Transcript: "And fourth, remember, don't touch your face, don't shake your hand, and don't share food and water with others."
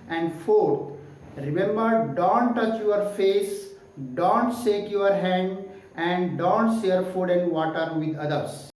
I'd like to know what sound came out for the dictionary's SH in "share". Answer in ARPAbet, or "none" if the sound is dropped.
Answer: S